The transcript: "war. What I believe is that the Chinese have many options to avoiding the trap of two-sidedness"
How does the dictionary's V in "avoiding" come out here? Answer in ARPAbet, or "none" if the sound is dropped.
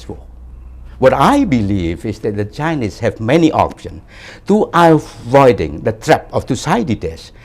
V